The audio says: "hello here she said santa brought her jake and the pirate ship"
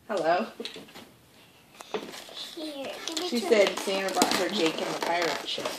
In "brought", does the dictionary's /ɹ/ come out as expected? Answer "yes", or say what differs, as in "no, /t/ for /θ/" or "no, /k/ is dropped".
no, /ɹ/ is dropped